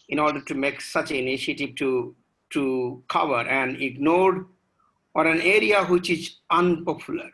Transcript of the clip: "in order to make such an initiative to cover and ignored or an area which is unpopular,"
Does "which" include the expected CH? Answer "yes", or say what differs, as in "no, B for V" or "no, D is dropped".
yes